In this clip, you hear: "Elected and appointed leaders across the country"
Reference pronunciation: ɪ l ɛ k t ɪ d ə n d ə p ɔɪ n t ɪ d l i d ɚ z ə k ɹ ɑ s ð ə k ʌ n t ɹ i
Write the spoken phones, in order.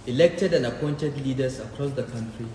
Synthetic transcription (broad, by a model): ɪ l ɛ k t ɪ d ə n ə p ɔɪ n t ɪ d l i d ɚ s ə k ɹ ɑ s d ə k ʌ n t ɹ i